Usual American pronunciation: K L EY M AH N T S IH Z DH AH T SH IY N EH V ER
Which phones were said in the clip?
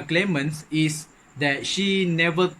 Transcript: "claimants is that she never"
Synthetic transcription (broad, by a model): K L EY M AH N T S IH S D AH T SH IY N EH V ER